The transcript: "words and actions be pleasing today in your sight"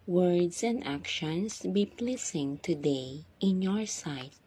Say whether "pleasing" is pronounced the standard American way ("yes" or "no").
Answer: no